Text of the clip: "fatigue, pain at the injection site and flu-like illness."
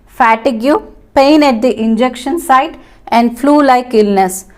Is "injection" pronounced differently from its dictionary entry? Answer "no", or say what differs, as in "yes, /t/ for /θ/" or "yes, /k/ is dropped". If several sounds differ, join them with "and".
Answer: no